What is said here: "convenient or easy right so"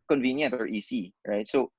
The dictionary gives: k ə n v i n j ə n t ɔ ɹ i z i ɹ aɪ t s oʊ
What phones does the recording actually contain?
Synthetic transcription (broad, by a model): k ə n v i n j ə n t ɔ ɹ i s i ɹ aɪ t s oʊ